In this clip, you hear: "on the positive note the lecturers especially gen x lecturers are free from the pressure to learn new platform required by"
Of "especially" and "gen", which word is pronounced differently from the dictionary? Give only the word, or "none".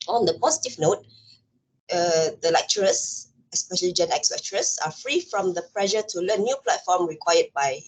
none